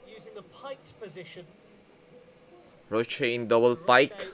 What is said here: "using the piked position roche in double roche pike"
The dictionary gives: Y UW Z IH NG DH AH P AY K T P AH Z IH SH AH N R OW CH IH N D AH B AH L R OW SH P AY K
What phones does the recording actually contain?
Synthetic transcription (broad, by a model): Y UW Z IH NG DH AH P AY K P AH Z IH SH AH N R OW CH IH N D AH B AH L P AY K